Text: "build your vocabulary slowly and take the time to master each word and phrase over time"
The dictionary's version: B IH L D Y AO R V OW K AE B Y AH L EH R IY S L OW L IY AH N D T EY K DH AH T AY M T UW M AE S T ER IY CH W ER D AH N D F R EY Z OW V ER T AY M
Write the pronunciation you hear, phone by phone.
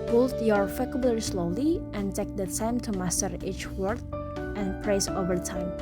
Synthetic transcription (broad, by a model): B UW L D Y AO R F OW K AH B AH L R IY S L OW L IY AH N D T EY K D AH T AY M T UW M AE S T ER IY CH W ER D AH N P R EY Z OW V ER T AY M